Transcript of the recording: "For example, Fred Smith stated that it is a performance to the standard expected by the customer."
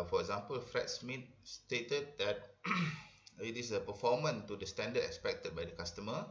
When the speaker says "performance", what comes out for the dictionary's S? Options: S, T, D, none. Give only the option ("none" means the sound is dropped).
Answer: none